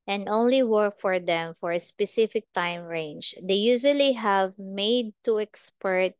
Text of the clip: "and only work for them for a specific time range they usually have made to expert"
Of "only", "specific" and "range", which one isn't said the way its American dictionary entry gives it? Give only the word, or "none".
none